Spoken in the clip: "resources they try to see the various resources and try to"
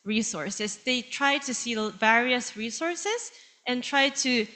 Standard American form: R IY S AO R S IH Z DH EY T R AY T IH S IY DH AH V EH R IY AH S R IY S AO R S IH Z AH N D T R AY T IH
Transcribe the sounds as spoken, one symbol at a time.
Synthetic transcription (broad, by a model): R IY S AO R S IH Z DH EY T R AY T IH S IY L V EH R IY AH S R IY S AO R S IH Z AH N T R AY T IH